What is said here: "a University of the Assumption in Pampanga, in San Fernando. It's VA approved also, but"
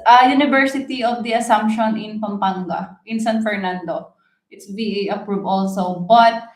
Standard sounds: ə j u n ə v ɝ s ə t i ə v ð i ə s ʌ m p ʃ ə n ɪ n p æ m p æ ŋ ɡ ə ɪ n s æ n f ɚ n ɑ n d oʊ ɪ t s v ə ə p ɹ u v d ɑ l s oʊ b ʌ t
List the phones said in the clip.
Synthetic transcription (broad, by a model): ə j u n ə v ɝ s ə t i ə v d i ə s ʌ m p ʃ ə n ɪ n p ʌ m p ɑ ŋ ɡ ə ɪ n s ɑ n f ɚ n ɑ n d oʊ ɪ t s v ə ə p ɹ u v ɑ l s oʊ b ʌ t